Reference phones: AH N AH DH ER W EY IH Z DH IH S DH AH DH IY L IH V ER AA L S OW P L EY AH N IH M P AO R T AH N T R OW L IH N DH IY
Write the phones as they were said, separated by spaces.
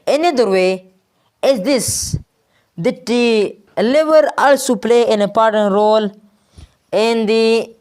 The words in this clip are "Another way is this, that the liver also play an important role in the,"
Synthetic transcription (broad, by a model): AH N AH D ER W EY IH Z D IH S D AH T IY L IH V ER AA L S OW P L EY AH N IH P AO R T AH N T R OW L IH N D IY